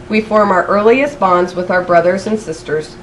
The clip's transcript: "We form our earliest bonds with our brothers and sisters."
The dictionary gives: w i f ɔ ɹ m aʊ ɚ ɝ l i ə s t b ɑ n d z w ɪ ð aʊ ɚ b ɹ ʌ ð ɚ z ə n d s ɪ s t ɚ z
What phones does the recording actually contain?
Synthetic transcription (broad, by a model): w i f ɔ ɹ m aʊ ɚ ɝ l i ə s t b ɑ n d z w ɪ ð aʊ ɚ b ɹ ʌ ð ɚ z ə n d s ɪ s t ɚ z